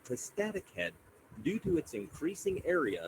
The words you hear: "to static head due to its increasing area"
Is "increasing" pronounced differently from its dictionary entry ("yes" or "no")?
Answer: no